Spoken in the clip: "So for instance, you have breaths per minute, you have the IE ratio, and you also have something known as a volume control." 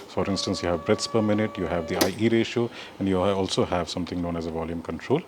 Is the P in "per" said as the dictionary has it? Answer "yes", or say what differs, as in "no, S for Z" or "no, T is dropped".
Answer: yes